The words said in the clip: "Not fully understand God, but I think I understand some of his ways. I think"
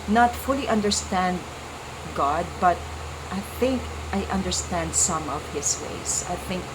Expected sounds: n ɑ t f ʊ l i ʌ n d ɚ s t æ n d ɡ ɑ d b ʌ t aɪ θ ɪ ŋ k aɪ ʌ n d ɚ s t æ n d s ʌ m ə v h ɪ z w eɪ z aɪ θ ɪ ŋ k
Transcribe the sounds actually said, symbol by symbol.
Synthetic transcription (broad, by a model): n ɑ t f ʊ l i ʌ n d ɚ s t æ n d ɡ ɑ d b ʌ t aɪ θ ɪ ŋ k aɪ ʌ n d ɚ s t æ n d s ʌ m ə v h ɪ s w eɪ s aɪ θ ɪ ŋ k